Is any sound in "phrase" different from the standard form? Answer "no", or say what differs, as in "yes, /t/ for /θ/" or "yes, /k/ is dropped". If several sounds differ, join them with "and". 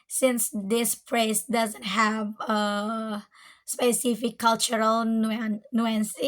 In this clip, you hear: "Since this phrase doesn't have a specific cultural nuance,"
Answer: yes, /p/ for /f/ and /s/ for /z/